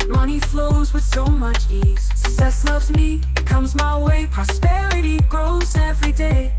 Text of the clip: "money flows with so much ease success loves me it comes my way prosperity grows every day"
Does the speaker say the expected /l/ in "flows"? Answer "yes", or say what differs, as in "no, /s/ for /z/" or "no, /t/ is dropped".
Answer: yes